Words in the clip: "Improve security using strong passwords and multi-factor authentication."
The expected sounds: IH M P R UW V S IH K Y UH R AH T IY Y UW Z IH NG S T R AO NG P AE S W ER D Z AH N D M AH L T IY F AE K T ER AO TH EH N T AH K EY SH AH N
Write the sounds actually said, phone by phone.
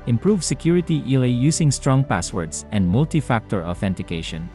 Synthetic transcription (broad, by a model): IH M P R UW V S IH K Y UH R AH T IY Y UW S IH NG S T R AO NG P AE S W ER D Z AH N D M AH L T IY F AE K T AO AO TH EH N T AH K EY SH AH N